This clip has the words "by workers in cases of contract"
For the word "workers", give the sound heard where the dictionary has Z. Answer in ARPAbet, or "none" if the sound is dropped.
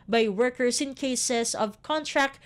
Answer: S